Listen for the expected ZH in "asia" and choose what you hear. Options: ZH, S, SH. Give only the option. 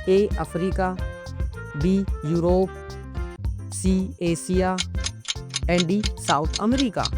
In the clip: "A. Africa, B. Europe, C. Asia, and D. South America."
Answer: S